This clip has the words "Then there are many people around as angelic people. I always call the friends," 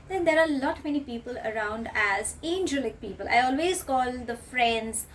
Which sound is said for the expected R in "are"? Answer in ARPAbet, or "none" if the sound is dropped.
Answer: L